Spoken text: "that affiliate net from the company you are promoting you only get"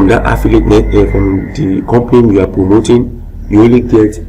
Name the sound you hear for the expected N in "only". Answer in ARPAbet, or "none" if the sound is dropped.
none